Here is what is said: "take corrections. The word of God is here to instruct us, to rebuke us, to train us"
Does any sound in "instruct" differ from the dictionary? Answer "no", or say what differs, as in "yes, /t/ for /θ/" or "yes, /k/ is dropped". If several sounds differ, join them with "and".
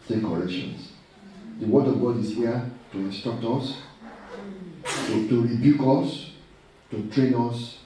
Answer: yes, /ɹ/ is dropped